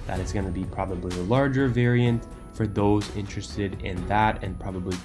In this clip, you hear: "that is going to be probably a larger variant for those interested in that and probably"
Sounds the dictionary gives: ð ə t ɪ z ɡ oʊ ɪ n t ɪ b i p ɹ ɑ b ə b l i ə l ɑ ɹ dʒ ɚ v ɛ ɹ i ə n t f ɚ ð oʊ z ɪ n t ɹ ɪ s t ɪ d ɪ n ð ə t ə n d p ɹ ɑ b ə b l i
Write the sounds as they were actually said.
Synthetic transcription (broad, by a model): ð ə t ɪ s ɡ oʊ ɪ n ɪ b i p ɹ ɑ b ə b l i ə l ɑ ɹ dʒ ɚ v ɛ ɹ i ə n t f ɚ ð oʊ z ɪ n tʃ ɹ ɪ s t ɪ d ɪ n ð ə t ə n p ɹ ɑ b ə b l i